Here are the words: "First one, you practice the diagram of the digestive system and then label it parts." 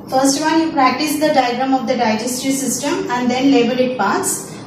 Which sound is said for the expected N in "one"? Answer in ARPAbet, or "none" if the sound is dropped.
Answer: L